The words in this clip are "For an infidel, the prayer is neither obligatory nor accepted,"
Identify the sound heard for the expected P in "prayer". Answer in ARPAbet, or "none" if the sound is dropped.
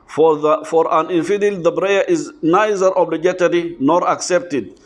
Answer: B